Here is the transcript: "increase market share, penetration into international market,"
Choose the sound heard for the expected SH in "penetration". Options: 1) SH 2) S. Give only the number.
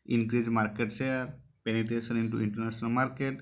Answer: 2